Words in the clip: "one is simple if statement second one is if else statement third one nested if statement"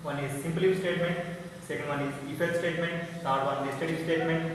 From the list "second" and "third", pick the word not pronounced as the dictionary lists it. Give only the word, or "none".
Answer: third